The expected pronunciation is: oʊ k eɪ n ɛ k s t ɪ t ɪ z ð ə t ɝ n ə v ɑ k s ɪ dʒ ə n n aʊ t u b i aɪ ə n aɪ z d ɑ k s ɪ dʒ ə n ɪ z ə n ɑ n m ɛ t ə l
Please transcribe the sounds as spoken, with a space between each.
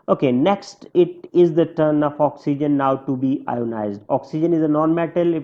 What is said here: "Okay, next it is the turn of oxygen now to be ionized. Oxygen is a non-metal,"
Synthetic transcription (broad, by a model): oʊ k eɪ n ɛ k s t ɪ t ɪ z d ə t ɝ n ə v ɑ k s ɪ dʒ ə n n aʊ t u b i aɪ ə n aɪ z d ɑ k s ɪ dʒ ə n ɪ z ə n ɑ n m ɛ t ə l